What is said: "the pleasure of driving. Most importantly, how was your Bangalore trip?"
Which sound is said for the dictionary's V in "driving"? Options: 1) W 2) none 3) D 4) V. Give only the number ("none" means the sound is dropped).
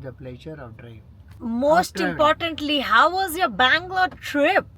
2